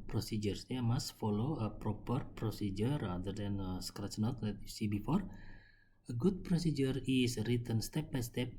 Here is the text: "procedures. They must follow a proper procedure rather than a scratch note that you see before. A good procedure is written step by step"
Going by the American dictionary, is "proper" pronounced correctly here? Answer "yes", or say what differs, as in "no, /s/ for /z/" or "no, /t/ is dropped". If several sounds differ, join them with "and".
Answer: yes